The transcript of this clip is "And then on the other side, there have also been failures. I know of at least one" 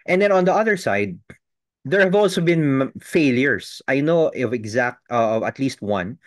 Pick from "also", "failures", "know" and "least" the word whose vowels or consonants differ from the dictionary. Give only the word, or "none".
failures